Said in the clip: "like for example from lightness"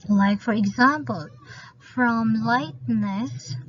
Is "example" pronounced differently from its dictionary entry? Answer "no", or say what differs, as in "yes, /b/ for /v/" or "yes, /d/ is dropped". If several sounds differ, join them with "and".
no